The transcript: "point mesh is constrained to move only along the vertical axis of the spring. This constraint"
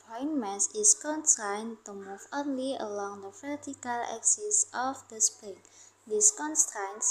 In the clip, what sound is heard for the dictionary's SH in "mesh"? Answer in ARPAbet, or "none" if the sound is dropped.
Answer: S